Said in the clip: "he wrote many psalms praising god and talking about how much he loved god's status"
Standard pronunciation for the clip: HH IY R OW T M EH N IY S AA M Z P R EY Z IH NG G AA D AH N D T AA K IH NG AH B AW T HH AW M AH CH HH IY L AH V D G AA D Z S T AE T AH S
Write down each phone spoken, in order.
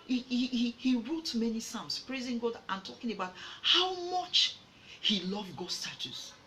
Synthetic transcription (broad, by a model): HH IY R OW T M EH N IY S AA M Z P R EY Z IH NG G AA D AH N T AA K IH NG AH B AW T HH AW M AH CH HH IY L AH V G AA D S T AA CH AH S